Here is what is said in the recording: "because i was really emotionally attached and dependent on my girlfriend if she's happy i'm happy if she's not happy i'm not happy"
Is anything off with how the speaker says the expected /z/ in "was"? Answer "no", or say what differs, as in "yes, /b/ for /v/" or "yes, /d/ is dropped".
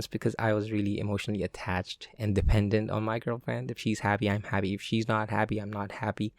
no